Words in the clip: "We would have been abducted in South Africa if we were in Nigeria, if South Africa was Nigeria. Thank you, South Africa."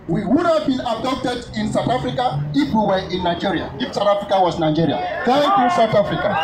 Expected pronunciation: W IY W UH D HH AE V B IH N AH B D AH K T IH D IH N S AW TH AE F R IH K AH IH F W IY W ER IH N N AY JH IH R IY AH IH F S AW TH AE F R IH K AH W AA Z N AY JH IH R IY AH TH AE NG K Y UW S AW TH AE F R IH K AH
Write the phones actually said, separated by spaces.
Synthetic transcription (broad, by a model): W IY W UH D HH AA V B IH N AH D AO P T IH D IH N S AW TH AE F R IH K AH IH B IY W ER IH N N AY JH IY R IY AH IH F S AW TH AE F R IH K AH W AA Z N AY JH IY R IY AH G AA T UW S AW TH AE F R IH K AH